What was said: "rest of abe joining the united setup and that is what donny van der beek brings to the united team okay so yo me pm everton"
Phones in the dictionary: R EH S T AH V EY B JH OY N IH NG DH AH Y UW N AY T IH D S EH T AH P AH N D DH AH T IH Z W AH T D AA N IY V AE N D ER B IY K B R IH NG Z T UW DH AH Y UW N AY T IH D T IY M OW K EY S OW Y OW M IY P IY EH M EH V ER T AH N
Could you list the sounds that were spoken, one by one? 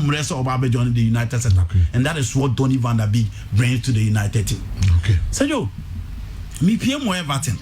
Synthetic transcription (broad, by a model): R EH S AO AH B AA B JH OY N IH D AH Y UW N AY T IH D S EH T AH AH N D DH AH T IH S W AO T D AA N IY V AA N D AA B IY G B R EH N T UW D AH Y UW N AY T IH D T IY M OW K EY S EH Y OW M IY P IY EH M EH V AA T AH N